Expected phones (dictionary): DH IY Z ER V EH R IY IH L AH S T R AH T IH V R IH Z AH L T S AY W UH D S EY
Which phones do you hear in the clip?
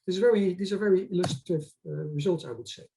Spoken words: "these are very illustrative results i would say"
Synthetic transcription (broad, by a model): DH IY Z ER V EH R IY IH L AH S T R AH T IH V R IH Z AH L T S AY W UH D S EY